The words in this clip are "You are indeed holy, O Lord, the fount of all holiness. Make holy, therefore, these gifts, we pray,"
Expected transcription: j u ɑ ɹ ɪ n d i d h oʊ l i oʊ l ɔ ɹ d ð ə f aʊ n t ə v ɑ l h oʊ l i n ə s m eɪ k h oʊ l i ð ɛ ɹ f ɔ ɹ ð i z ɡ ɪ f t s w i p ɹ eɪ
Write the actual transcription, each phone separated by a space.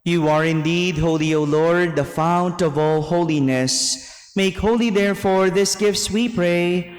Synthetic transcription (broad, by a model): j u ɑ ɹ ɪ n d i d h oʊ l i oʊ l ɔ ɹ d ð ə f aʊ n t ə v ɑ l h oʊ l i n ə s m eɪ k h oʊ l i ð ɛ ɹ f ɔ ɹ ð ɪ s ɡ ɪ f t s w i p ɹ eɪ